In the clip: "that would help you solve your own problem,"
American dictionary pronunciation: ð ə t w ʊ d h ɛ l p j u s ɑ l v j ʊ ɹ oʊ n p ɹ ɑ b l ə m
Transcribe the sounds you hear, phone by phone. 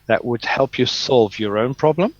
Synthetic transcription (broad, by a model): ð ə t w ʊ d h ɛ l p j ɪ s ɑ l v j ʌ ɹ oʊ n p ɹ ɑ b l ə m